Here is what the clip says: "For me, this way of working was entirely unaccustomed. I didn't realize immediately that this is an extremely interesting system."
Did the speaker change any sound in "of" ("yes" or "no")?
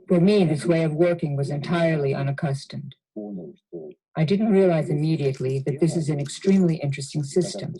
no